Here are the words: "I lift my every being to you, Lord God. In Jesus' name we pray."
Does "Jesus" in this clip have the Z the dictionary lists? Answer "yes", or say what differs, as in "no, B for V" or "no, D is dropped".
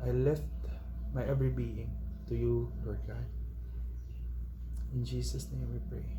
no, S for Z